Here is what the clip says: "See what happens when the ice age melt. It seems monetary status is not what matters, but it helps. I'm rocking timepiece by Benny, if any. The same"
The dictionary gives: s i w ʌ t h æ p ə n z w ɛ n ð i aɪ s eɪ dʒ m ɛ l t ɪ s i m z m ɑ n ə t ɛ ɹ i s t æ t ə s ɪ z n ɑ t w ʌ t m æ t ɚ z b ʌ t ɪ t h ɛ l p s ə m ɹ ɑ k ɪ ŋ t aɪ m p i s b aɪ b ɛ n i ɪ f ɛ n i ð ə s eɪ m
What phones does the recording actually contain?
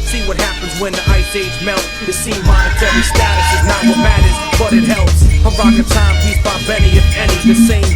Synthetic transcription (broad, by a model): s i w ʌ t h æ p ə n z w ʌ n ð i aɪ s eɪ z m ɛ l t ɪ s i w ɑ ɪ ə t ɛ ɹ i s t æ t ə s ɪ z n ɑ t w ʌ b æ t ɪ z b ʌ t ɪ t h ɛ l p s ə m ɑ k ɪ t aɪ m i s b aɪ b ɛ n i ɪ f ɛ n i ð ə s eɪ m